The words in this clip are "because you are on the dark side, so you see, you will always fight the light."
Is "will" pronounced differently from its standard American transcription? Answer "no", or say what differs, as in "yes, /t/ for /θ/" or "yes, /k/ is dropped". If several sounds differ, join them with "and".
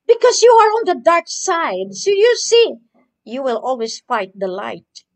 no